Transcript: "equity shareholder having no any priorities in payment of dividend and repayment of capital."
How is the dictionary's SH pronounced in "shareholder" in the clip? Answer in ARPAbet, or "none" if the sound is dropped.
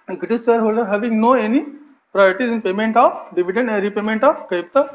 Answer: S